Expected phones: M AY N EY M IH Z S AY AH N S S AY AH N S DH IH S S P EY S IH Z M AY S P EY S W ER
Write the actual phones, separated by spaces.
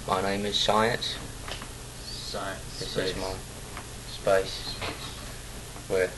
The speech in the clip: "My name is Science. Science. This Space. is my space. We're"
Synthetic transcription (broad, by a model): M AY N EY M IH Z S AY AH N S S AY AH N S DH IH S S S IH Z M AY S P EY S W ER